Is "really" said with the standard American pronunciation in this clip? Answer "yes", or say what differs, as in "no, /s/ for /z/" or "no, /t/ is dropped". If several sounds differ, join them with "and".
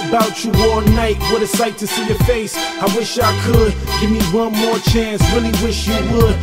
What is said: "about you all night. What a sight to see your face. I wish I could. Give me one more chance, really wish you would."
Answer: no, /w/ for /ɹ/